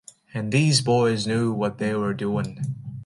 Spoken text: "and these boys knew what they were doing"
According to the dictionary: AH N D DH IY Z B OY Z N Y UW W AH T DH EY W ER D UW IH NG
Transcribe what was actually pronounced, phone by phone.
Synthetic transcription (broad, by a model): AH N DH IY Z B OY Z N Y UW W AH T DH EY W ER D UW IH NG